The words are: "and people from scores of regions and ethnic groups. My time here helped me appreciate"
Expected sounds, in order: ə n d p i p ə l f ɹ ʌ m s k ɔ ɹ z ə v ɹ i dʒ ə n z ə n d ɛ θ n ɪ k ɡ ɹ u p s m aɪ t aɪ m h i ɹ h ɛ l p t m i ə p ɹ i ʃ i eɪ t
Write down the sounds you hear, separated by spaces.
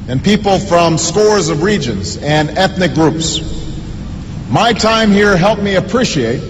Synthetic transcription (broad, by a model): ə n p i p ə l f ɹ ʌ m s k ɔ ɹ z ə v ɹ i dʒ ə n z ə n ɛ θ n ɪ k ɡ ɹ u p s m aɪ t aɪ m h i ɹ h ɛ l p m i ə p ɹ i ʃ i eɪ t